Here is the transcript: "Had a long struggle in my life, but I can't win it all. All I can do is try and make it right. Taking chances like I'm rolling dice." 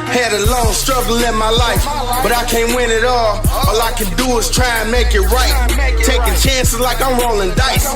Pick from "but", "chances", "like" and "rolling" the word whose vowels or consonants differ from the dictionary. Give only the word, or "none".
none